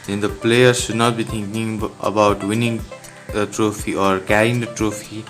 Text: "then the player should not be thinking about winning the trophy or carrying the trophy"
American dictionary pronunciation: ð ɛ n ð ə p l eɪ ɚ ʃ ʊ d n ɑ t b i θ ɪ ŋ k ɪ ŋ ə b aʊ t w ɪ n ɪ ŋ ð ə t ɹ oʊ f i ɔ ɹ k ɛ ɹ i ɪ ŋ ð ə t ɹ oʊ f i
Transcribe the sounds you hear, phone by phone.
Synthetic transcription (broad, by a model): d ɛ n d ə p l eɪ ɚ ʃ ʊ d n ɑ t b i t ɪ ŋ k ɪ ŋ ə b aʊ t w ɪ n ɪ ŋ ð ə t ɹ oʊ f i ɔ ɹ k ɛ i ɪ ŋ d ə t ɹ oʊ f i